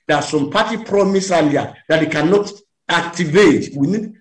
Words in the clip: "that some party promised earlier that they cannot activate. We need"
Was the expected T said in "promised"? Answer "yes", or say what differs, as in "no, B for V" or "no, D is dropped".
no, T is dropped